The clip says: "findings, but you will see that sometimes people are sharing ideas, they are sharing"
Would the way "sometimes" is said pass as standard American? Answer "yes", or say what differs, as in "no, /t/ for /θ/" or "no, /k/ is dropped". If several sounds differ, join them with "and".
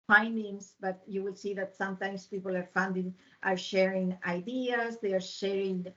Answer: no, /s/ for /z/